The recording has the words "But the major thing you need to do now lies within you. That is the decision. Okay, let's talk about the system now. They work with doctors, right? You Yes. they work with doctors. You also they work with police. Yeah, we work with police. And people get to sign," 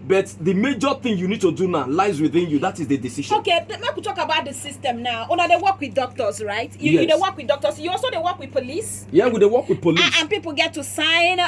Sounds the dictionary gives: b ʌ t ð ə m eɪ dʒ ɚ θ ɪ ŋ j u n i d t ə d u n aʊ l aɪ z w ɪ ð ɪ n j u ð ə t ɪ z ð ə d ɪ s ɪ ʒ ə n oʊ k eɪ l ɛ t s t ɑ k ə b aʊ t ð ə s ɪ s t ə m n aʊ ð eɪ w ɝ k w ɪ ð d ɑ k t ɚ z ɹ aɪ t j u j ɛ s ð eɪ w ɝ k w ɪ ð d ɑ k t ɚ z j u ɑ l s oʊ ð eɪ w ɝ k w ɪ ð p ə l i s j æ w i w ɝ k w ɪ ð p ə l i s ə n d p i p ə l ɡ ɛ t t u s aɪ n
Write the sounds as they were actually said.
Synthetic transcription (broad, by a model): b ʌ t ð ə m eɪ dʒ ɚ θ ɪ ŋ j u n i d t ə d u n aʊ l aɪ z w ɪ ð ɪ n j u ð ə t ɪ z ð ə d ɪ s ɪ ʃ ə oʊ k eɪ n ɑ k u t ɑ k ə b aʊ t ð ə s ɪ s t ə m n aʊ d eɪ w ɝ k w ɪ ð d ɑ k t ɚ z ɹ aɪ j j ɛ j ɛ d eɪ w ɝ k w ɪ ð d ɑ k t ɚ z j u ɑ l s oʊ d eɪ w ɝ k w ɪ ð p ə l i s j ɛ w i w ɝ k w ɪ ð p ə l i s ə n p i p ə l ɡ ɛ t t u s aɪ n